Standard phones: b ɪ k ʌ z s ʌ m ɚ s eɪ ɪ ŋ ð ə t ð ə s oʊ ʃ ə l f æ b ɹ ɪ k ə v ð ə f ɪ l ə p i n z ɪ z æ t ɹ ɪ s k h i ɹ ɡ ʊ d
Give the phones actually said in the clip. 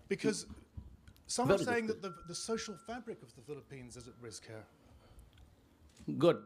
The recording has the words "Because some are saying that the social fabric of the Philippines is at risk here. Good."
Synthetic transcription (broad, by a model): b ɪ k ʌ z s ʌ m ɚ s eɪ ɪ ŋ ð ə t ð ə s oʊ ʃ ə l f æ b ɹ ɪ k ə v ð ə f ɪ l ə p i n z ɪ z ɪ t ɹ ɪ s k h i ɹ ɡ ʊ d